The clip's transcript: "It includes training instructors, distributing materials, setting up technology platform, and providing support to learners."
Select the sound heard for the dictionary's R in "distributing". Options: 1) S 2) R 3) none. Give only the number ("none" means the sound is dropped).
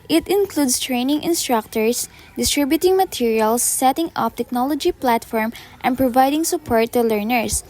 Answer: 2